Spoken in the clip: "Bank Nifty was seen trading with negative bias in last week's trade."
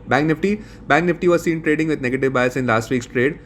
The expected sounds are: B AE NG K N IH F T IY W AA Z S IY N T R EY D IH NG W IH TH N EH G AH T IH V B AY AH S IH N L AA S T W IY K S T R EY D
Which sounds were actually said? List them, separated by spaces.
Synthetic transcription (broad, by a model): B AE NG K N IH F T IY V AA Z S IY N T R EY D IH NG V IH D N EH G AH T IH V B AY AH S IH N L AA S T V IY K S T R EY D